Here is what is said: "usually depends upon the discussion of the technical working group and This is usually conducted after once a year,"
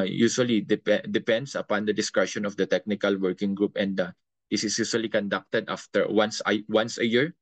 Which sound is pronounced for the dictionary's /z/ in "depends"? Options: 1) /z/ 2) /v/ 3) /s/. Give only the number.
3